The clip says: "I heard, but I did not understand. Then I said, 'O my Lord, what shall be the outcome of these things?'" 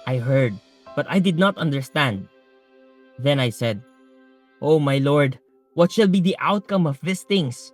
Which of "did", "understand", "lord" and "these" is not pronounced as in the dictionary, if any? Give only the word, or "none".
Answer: these